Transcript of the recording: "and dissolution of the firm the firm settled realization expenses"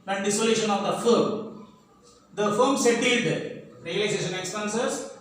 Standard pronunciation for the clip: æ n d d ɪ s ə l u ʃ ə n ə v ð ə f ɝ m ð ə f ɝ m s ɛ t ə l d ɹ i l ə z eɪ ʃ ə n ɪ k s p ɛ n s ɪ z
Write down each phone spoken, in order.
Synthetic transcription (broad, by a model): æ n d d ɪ s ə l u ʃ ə n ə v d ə f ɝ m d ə f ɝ m s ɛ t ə d ɹ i l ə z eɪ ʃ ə n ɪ k s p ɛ n s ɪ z